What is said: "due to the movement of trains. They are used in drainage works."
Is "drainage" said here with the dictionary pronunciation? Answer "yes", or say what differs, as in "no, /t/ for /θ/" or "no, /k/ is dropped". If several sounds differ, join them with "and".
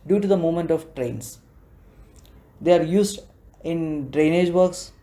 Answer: yes